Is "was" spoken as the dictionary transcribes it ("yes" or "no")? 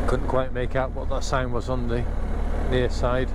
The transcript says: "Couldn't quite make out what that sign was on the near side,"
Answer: yes